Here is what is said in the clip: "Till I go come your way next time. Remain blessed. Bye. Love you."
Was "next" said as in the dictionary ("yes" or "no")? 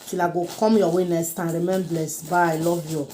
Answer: no